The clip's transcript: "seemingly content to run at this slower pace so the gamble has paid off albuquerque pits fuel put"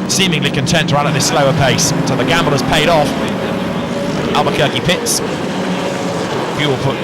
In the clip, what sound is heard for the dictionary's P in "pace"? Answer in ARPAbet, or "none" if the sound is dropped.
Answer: P